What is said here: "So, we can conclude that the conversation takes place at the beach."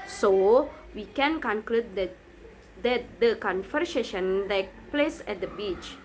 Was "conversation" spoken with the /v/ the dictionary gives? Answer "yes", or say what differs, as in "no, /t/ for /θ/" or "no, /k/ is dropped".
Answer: no, /f/ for /v/